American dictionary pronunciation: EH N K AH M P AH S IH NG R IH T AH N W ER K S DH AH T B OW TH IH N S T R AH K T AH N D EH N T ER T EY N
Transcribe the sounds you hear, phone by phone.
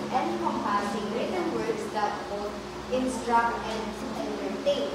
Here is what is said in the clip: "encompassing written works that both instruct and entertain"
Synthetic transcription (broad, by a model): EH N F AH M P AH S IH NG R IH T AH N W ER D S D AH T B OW T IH N S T R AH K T AH N D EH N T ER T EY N